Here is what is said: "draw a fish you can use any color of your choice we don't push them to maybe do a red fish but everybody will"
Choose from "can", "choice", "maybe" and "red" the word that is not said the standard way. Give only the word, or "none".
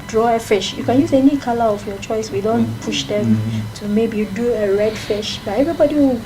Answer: none